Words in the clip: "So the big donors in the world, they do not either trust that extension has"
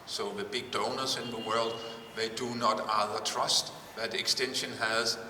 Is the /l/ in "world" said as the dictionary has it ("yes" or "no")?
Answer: yes